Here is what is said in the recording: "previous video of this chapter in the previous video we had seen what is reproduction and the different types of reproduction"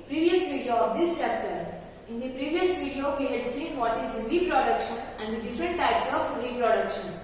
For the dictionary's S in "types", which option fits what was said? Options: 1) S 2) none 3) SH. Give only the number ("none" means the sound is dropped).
1